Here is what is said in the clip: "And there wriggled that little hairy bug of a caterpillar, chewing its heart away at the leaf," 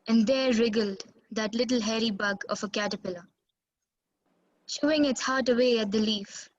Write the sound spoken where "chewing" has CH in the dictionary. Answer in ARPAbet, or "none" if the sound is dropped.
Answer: SH